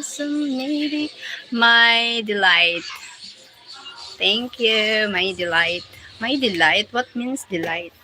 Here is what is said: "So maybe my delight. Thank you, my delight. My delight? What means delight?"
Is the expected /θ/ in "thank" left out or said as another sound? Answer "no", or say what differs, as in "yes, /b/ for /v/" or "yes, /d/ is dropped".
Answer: yes, /t/ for /θ/